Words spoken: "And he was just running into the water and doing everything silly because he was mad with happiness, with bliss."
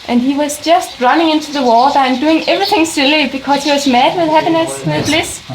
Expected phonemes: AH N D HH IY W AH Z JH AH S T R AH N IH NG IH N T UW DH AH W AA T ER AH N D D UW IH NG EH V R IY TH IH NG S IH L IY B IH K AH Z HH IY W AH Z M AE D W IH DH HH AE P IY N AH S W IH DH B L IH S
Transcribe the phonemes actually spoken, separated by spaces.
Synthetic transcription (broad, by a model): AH N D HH IY W AH Z JH AH S T R AH N IH NG IH N T UW DH AH W AA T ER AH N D D UW IH NG EH V R IY TH IH NG S IH L IY B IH K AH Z HH IY W AH Z M AE D W IH DH HH AE P IY N AH S W IH DH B L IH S